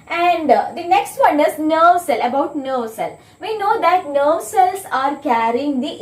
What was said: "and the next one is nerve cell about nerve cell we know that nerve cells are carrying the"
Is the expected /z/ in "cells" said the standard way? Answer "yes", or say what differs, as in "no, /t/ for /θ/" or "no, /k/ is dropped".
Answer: no, /s/ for /z/